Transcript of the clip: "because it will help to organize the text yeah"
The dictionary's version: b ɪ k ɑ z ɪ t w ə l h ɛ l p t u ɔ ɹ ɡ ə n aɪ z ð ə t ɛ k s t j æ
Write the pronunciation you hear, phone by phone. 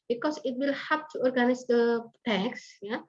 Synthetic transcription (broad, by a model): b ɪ k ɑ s ɪ t w ə l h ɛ p t u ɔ ɹ ɡ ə n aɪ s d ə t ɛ k s j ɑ